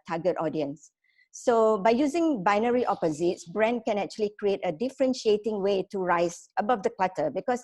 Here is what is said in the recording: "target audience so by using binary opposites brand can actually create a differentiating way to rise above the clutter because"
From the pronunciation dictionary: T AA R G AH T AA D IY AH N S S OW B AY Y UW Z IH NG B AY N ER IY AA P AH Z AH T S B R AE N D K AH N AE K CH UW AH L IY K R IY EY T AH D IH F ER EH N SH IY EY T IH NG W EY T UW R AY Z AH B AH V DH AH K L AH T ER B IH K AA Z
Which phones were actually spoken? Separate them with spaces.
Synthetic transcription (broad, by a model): T AA G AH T AA D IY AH N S S OW B AY Y UW Z IH NG B AY N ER IY AA P AH Z AH T S B R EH N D K AH N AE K CH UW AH L IY K R IY EY T AH D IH F ER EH N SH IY EY T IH NG W EY T UW R AY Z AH B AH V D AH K L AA T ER B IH K AA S